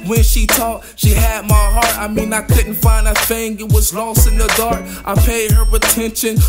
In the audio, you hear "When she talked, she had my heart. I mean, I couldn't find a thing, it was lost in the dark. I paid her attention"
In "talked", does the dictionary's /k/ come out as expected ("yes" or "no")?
no